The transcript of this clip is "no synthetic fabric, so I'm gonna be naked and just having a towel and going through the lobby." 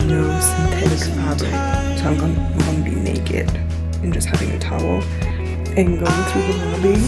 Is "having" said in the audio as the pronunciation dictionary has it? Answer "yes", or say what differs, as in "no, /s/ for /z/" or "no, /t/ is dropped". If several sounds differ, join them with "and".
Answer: yes